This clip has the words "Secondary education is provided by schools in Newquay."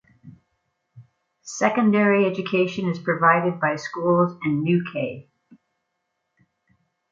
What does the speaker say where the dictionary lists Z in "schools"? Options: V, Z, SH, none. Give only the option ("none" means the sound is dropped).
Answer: Z